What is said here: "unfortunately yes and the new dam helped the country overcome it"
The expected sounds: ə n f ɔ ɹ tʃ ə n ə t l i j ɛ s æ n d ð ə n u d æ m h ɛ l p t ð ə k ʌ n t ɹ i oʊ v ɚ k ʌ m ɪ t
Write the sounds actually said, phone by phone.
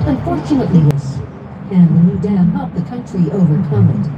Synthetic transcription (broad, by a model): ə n f ɔ ɹ tʃ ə n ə t l i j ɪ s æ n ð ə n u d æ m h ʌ p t ð ə k ʌ n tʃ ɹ i oʊ v ɚ k ʌ m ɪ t